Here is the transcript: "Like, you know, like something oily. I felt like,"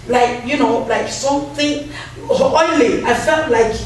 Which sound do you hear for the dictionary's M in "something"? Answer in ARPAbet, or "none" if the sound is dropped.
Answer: none